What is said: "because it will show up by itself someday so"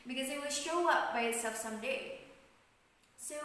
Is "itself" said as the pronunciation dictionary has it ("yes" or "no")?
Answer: no